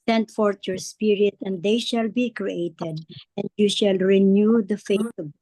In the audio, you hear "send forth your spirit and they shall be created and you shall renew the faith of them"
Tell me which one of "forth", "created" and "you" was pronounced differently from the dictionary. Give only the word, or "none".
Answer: forth